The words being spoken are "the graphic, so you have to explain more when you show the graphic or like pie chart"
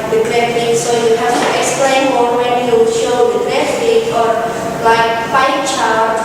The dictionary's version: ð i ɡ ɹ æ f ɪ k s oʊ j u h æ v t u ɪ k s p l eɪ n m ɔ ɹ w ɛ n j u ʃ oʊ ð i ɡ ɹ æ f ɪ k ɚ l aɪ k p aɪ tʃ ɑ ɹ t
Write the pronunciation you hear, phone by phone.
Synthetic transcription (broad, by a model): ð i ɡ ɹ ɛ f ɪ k s oʊ j u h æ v t u ɪ k s p l eɪ n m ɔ l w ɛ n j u ʃ oʊ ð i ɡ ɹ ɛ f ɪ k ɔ l aɪ k f aɪ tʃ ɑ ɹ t